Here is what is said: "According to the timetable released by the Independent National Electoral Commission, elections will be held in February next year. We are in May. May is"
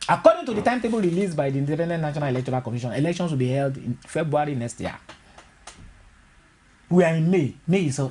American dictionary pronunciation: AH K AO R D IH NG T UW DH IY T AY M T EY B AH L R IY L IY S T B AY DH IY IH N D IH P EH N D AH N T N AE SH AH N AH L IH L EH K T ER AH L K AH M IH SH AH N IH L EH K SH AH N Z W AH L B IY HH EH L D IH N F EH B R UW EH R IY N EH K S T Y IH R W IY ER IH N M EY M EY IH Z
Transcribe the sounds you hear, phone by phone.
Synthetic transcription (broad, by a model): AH K AO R D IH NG T UW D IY T AY M T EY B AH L R IY L IY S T B AY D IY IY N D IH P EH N D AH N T N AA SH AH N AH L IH L EH K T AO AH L K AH M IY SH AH N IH L EH K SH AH N S W AH L B IY HH EH L D IH N F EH B R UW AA R IY N EH K S T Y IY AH W IY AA IH N M EY M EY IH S